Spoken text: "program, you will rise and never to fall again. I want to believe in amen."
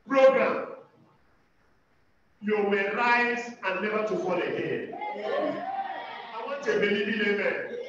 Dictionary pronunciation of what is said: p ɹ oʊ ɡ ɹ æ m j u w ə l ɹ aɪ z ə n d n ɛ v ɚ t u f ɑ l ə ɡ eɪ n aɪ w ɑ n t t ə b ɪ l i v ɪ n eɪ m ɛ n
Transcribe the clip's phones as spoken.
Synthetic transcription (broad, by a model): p ɹ oʊ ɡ ɹ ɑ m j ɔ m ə ɹ aɪ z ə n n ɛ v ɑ t u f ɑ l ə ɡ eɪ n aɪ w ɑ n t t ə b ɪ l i b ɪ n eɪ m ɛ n